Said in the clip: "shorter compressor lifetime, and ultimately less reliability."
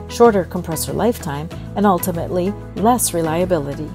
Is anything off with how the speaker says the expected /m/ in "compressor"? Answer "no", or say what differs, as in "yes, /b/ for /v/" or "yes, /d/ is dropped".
no